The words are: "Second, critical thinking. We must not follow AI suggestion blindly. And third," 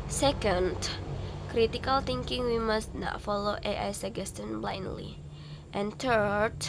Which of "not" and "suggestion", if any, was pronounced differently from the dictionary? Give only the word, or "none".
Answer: suggestion